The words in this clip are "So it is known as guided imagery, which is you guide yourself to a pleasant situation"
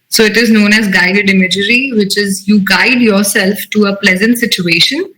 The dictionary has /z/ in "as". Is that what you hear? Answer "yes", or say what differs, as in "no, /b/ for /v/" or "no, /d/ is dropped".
yes